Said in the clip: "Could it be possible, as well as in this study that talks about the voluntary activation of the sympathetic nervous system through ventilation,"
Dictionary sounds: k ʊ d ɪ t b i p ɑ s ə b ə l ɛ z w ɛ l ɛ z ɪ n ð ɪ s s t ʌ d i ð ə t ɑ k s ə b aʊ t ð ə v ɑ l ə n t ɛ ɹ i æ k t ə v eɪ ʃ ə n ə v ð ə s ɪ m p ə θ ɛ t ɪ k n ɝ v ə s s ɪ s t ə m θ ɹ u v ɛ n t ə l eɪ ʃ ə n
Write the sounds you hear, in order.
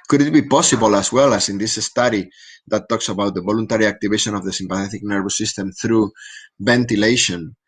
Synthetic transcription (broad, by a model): k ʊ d ɪ t b i p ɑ s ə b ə l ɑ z w ɛ l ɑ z ɪ n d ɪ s s t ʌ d i ð ə t ɑ k s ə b aʊ t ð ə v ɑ l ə n t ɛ ɹ i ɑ k t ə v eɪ ʃ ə n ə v ð ə s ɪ m p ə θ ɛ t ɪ k n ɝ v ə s s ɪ s t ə m θ ɹ u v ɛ n t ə l eɪ ʃ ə n